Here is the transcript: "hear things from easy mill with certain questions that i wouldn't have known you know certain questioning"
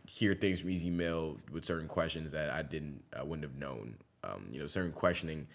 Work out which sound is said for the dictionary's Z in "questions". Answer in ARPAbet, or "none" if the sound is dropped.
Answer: Z